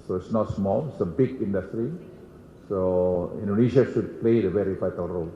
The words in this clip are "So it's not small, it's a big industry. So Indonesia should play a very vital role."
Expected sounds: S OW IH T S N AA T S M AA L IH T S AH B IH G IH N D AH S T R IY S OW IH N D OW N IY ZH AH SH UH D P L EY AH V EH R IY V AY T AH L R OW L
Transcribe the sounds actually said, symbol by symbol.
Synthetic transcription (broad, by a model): S OW IH T S N AA T S M AA L IH T S AH B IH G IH N D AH S T R IY S OW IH N D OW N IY SH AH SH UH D P L EY AH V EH R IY F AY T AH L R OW L